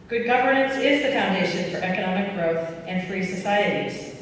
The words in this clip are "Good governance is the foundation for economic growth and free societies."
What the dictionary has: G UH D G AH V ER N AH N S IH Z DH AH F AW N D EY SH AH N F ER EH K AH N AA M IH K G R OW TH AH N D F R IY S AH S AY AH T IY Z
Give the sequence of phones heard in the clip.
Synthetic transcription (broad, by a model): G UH D G AH V ER N AH N S IH Z DH AH F AW N D EY SH AH N F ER EH K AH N AA M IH K G R OW TH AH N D F R IY S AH S AY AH T IY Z